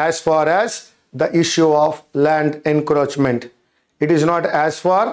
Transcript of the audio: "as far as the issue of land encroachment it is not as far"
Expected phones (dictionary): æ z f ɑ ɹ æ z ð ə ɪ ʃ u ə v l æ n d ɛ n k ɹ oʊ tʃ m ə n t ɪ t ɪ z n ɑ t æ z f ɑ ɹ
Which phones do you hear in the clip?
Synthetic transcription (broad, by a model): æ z f ɑ ɹ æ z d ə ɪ ʃ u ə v l æ n d ɛ n k ɹ oʊ tʃ m ə n t ɪ t ɪ z n ɑ t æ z f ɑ ɹ